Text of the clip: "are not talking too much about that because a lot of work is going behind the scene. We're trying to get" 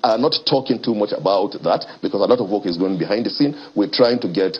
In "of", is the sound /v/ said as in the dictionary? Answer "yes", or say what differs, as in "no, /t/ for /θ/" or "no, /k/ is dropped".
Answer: yes